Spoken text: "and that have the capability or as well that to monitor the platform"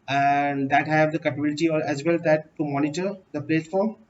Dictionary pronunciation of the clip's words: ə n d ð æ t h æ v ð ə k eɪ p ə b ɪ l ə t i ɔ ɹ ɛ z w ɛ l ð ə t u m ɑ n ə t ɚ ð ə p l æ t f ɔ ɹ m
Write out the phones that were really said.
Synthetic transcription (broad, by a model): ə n d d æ t h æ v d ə k eɪ p ə b ɪ l ə t i ɔ ɹ ɛ z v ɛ l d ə t u m ɑ n ə t ɚ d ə p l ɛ t f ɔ ɹ m